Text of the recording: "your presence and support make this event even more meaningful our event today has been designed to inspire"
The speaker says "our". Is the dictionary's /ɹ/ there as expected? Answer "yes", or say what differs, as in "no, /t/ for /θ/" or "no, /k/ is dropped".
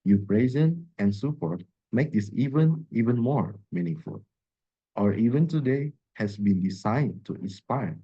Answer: yes